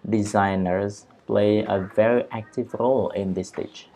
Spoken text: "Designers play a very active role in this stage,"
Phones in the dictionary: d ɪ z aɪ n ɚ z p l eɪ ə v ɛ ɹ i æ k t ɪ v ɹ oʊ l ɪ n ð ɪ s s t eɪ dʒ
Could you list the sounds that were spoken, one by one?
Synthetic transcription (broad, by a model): d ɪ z aɪ n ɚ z p l eɪ ə v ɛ ɹ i æ k t ɪ v ɹ oʊ l ɪ n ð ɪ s s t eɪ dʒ